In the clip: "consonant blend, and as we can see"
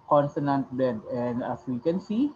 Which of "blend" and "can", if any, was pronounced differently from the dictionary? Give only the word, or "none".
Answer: blend